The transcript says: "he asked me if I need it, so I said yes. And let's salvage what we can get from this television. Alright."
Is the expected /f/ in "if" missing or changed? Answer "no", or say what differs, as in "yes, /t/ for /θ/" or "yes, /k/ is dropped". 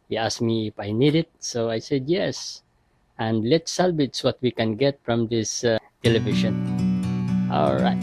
no